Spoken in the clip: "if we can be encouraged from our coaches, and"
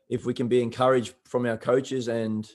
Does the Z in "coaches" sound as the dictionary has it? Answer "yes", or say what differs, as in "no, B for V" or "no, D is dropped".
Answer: yes